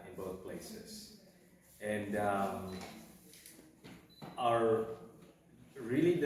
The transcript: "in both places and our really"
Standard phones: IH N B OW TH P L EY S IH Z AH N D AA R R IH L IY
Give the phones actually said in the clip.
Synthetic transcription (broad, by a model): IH N B OW TH P L EY S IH S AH N D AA R R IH L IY